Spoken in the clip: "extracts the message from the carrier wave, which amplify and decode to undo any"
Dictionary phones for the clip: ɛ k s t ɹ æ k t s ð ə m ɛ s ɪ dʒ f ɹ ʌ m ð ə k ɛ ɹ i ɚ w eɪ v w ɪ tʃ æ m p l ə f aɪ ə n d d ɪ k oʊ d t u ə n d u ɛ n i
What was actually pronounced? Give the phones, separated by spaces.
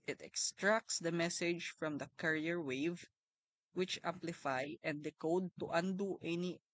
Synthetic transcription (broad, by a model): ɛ k s t ɹ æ k t s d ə m ɛ s ɪ dʒ f ɹ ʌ m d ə k ɛ ɹ i ɚ w eɪ v w ɪ tʃ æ m p l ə f aɪ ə n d d ɪ k oʊ d t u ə n d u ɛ n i